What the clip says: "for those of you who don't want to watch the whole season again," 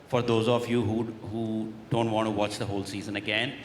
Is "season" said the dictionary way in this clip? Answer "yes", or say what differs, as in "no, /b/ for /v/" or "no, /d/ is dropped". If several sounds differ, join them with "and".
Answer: yes